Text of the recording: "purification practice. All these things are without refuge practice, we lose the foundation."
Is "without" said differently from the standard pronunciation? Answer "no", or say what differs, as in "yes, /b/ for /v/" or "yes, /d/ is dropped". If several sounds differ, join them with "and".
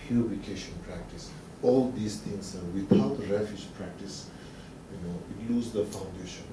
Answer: yes, /t/ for /θ/